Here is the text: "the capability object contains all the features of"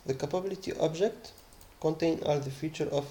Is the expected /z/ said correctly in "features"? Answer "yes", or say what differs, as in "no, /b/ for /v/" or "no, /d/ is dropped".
no, /z/ is dropped